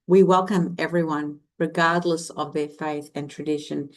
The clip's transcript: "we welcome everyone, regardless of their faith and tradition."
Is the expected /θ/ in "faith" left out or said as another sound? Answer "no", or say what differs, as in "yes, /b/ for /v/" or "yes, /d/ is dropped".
no